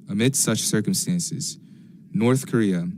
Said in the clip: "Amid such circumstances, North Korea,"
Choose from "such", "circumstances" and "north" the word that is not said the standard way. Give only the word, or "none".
none